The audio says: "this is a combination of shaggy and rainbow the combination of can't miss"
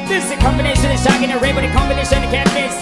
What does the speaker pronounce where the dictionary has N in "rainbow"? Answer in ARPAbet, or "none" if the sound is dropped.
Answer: none